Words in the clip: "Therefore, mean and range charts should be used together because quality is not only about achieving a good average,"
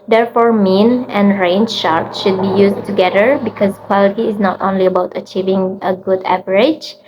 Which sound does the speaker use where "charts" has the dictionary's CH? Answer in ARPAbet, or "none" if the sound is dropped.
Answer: SH